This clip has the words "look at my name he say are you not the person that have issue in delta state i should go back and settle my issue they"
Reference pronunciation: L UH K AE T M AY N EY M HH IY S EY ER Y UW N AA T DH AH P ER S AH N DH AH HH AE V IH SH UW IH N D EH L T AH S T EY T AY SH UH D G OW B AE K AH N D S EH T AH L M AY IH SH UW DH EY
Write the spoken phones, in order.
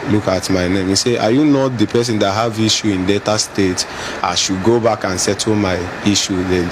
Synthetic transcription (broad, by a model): L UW K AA T M AY N EY M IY S EY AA Y UW N AA T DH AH P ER S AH N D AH HH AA V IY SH UW IH N D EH T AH S T EY T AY SH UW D G OW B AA K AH N S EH T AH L M AY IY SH UW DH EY